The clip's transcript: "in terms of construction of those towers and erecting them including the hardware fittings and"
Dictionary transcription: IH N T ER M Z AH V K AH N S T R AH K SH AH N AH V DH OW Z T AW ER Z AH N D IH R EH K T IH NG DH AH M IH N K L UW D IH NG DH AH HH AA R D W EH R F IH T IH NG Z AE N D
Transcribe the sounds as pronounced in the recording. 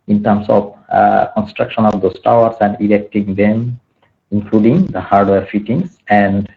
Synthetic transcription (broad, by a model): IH N T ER M S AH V K AH N S T R AH K SH AH N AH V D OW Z T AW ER S AH N D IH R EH K T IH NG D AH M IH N K L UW D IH NG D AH HH AA R D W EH R F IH T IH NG S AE N D